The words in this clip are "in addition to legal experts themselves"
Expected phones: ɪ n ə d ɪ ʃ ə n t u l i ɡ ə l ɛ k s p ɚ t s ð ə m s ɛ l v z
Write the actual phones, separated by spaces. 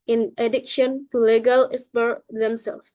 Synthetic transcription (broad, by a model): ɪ n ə d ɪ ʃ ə n t u l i ɡ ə l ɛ s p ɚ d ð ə m s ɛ l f